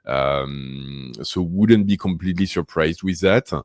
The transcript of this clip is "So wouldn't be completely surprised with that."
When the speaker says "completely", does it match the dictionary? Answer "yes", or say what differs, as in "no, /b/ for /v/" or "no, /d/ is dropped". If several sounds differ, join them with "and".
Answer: yes